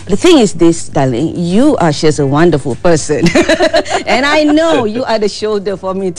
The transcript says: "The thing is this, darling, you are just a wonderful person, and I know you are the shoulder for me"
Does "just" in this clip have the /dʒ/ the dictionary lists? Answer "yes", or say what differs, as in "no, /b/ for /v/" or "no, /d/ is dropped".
no, /ʃ/ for /dʒ/